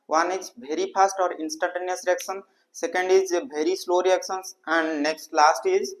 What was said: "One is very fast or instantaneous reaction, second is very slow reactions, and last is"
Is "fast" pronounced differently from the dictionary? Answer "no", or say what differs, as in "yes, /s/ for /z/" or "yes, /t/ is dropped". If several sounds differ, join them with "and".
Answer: yes, /p/ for /f/